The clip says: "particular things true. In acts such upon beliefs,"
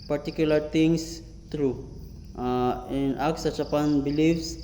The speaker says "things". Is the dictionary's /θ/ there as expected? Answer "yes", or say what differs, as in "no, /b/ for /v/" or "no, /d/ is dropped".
no, /t/ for /θ/